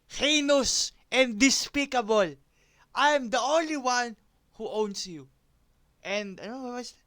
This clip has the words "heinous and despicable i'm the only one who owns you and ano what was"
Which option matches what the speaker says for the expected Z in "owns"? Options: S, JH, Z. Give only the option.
S